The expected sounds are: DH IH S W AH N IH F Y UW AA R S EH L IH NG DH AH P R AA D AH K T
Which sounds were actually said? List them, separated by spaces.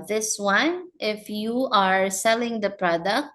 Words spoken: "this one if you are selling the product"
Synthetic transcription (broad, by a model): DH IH S W AH N IH F Y UW AA R S EH L IH NG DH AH P R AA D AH K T